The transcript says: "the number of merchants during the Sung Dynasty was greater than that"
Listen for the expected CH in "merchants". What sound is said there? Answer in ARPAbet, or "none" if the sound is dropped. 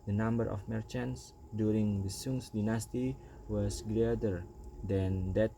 CH